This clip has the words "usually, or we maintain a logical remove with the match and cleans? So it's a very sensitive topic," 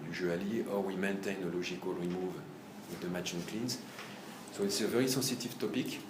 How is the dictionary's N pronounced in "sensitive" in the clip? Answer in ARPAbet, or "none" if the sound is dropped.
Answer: none